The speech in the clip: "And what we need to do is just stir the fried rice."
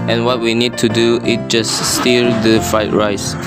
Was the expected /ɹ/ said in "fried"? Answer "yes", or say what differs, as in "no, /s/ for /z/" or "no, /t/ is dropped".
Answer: no, /ɹ/ is dropped